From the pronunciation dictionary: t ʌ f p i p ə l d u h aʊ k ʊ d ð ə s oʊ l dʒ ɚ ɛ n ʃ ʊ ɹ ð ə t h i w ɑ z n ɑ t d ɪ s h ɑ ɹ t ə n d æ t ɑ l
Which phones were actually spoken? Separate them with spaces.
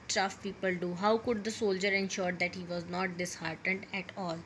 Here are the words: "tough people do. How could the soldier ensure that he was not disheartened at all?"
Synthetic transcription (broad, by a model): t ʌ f p i p ə l d u h aʊ k ʊ d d ə s oʊ l dʒ ɚ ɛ n ʃ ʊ ɹ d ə t h i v ɑ z n ɑ t d ɪ s h ɑ ɹ t ə n d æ t ɑ l